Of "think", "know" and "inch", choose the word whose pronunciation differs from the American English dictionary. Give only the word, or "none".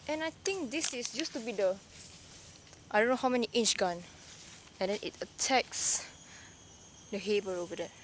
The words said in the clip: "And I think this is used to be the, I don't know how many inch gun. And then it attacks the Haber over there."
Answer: think